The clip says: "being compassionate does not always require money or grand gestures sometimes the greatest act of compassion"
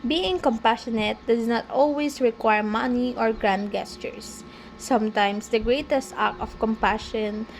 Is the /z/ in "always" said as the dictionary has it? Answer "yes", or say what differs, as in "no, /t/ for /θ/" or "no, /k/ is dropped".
no, /s/ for /z/